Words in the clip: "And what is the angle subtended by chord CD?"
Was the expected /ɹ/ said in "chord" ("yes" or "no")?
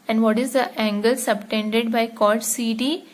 no